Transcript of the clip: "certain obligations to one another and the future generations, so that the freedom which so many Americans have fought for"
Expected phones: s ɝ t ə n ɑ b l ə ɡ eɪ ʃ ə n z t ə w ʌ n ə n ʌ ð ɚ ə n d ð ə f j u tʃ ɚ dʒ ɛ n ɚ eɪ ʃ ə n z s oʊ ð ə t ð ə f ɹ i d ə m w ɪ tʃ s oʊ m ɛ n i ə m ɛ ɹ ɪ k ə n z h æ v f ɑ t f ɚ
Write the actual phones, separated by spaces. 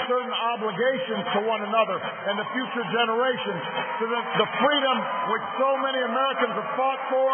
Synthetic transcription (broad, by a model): s ɝ t n ɑ b l ə ɡ eɪ ʃ ə n z t ə w ʌ n ə n ʌ ð ɚ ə n ð ə f j u tʃ ɚ dʒ ɛ n ɚ eɪ ʃ ə n z s oʊ ð ə t ð ə f ɹ i d ə m w ɪ tʃ s oʊ m ɛ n i ə m ɛ ɹ ɪ k ə n z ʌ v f ɑ t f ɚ